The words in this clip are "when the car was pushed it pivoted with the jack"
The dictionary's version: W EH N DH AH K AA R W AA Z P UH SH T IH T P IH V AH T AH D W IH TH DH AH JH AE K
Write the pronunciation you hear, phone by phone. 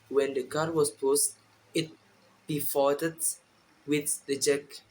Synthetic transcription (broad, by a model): W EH N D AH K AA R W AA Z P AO S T IH T B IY F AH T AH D W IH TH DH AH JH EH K